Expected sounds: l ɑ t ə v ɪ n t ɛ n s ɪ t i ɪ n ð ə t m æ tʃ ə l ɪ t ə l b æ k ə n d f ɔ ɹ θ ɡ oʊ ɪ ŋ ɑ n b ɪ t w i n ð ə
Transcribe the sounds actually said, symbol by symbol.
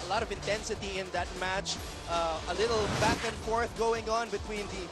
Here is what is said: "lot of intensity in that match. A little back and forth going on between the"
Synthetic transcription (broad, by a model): l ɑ t ə v ɪ n t ɛ n s ɪ t i ɪ n ð ə t m æ tʃ ə l ɪ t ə l b æ k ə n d f ɔ ɹ θ ɡ oʊ ɪ ŋ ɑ n b ɪ t w i n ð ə